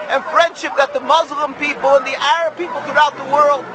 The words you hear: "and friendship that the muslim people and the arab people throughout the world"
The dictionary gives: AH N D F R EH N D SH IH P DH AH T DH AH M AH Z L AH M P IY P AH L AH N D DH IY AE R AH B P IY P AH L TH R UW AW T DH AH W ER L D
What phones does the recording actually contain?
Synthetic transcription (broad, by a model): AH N F R EH N D SH IH P DH AH T DH AH M AH Z L AH M P IY P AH L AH N DH IY AE R AH B P IY P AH L TH R UW AW T DH AH W ER L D